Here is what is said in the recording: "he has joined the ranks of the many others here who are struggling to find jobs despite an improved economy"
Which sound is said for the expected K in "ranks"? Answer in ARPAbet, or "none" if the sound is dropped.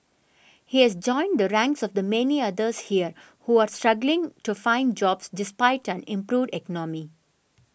K